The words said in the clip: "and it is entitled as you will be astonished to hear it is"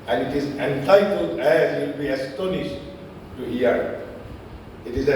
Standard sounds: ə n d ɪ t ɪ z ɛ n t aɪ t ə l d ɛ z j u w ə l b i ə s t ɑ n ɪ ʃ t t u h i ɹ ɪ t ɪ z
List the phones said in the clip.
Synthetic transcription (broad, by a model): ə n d ɪ t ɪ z ɛ n t aɪ t ə l d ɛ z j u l b i ə s t ɑ n ɪ ʃ t t u h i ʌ ɪ t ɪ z